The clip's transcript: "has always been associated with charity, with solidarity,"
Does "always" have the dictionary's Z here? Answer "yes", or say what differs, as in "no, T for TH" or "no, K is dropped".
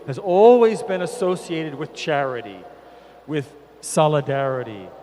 yes